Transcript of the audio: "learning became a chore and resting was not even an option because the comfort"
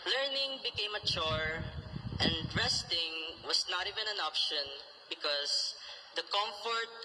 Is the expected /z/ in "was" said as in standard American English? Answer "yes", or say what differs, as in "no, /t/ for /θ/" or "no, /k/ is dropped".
no, /s/ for /z/